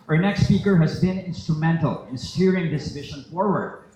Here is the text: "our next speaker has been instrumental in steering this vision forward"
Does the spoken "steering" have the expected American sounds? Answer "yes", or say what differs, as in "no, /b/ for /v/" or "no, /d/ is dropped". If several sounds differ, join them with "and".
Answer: yes